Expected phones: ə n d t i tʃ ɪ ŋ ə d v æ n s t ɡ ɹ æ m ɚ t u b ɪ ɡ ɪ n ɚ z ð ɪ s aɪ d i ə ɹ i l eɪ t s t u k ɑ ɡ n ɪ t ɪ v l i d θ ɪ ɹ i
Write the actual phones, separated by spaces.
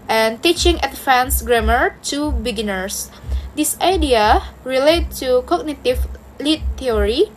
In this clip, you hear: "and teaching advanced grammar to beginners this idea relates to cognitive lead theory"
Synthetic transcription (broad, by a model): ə n t i tʃ ɪ ŋ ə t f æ n s ɡ ɹ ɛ m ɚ t u b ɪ ɡ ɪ n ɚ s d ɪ s aɪ d i ə ɹ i l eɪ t t u k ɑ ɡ n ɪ t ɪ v l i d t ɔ ɹ i